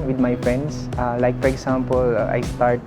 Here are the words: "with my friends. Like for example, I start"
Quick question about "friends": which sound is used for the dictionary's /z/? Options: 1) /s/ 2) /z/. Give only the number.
1